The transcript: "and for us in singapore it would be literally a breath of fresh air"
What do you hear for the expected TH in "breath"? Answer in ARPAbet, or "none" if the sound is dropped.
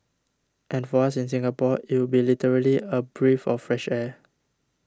F